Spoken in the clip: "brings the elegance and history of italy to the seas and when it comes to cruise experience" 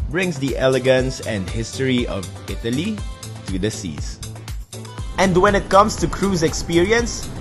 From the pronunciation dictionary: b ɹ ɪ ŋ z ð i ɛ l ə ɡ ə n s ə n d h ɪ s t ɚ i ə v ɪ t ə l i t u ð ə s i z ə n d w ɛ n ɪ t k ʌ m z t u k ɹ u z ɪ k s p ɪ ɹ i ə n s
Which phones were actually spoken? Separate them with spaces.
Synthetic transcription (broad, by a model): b ɹ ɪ ŋ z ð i ɛ l ə ɡ ə n s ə n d h ɪ s t ɚ i ə v ɪ t ə l i t u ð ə s i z ə n d w ɛ n ɪ t k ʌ m s t u k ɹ u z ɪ k s p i ɹ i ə n s